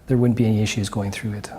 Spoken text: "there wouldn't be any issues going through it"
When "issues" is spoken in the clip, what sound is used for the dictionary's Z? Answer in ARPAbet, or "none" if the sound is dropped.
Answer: Z